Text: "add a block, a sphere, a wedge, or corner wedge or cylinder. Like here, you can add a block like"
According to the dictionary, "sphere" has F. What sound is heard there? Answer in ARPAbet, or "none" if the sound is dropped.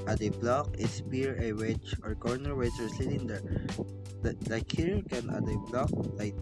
P